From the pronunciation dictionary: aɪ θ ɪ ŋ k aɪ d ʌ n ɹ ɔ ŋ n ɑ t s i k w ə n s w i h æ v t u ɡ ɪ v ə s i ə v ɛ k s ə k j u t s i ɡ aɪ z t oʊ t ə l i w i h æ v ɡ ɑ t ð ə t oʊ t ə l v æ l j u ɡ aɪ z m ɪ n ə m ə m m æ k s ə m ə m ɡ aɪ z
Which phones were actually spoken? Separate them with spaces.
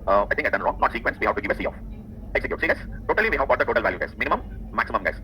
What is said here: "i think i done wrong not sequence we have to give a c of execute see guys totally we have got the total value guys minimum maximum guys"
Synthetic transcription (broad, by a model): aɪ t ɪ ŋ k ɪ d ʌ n ɹ ɔ ŋ n ɑ t s i k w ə n s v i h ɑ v t u ɡ ɪ v ə s i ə f ɛ k s ə k j u t s i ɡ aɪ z t oʊ t ə l i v i h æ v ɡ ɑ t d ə t oʊ t ə l v æ l j u ɡ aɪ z m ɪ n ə m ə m m æ k s ə m ə m ɡ aɪ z